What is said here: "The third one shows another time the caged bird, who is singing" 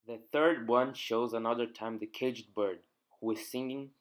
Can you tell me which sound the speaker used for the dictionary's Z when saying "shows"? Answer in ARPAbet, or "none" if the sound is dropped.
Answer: Z